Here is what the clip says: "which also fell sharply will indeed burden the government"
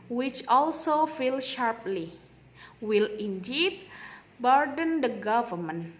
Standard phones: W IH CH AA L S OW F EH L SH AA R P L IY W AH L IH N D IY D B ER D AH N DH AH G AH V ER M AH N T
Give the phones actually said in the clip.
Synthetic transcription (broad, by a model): W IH CH AA L S OW F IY L SH AA R P L IY W AH L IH N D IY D B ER D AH N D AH G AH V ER M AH N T